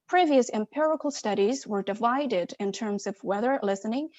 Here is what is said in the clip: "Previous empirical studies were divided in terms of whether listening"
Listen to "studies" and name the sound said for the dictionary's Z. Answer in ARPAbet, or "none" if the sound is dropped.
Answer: Z